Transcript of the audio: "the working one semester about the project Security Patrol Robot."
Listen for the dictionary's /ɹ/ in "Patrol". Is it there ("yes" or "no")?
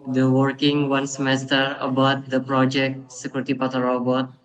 no